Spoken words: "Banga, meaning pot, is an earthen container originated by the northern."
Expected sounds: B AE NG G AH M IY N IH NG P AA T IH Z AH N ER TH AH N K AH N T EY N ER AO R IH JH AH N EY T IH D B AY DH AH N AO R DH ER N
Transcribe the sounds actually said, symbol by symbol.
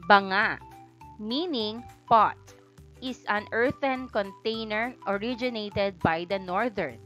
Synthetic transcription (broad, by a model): B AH NG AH M IY N IH NG P AA T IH S AH N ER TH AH N K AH N T EY N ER AO R IH JH AH N EY T IH D B AY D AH N AO R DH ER N